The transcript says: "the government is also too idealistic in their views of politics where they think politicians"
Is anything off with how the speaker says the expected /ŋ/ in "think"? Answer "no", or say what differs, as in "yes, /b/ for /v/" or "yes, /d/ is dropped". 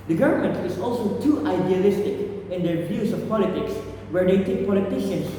yes, /ŋ/ is dropped